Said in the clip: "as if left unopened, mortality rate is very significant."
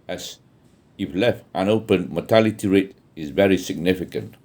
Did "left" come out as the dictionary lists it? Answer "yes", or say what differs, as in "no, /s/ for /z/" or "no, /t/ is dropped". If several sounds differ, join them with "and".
yes